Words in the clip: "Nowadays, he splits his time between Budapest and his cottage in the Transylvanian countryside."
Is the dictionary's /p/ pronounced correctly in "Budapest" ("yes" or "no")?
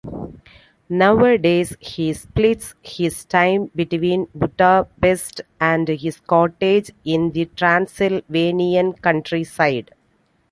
no